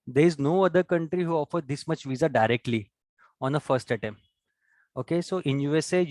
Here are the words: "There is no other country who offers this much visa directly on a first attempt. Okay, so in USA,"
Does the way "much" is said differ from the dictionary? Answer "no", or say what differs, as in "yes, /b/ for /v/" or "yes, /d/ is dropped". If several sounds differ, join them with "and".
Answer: no